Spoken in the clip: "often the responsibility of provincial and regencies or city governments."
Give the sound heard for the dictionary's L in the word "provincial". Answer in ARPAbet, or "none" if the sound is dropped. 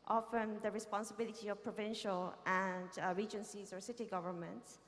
L